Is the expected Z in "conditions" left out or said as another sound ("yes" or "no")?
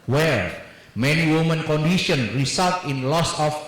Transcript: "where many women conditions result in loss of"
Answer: yes